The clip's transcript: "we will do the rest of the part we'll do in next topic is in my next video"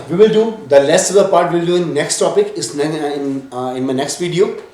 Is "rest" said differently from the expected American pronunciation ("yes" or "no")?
yes